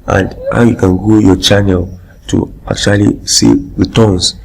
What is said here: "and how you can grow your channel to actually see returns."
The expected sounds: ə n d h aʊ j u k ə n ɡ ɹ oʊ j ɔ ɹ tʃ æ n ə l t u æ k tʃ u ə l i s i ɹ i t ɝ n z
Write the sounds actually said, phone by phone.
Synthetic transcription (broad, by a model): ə n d h aʊ j u k ə n ɡ oʊ j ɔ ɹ tʃ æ n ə l t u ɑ k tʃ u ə l i s i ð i t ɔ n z